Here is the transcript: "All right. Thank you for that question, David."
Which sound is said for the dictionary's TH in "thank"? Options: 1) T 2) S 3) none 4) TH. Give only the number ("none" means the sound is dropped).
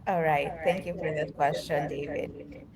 1